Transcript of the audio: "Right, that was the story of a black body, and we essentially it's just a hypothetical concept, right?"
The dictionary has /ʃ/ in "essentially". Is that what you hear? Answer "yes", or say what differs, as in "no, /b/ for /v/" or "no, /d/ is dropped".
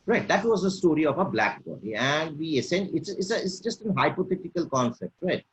no, /s/ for /ʃ/